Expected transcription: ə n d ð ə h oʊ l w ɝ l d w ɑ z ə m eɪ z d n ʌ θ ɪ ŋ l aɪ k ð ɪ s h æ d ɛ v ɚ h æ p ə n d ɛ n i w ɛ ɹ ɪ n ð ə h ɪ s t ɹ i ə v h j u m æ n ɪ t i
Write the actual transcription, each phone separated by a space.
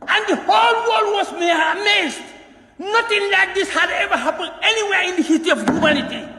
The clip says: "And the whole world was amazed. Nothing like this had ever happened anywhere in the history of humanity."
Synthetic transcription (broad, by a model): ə n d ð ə h oʊ l w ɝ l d w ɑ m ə m eɪ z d n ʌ t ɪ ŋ l aɪ k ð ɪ s h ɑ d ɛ v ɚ h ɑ p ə n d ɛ n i w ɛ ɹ ɪ n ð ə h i t i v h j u m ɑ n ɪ t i